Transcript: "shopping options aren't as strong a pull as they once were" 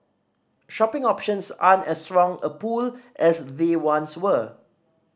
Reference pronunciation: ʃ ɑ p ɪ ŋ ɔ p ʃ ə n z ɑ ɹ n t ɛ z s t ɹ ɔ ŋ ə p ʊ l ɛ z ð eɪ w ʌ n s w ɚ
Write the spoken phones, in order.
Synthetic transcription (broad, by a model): ʃ ɑ p ɪ ŋ ɔ p ʃ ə n s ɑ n ɛ s t ɹ ɔ ŋ ə p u l ɛ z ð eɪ w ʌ n s w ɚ